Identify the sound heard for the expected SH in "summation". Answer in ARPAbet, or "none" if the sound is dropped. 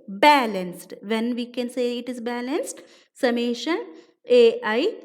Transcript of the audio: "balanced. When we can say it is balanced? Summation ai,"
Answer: SH